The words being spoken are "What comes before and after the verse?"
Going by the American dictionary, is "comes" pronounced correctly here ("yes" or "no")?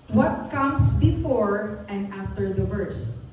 no